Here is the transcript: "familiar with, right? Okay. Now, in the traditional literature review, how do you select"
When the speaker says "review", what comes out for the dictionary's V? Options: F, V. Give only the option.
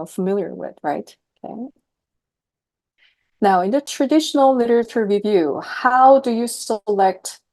V